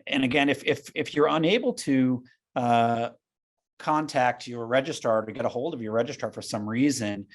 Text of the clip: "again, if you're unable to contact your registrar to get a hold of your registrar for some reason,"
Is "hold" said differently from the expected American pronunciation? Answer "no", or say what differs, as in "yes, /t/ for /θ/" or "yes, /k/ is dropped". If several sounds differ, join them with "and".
no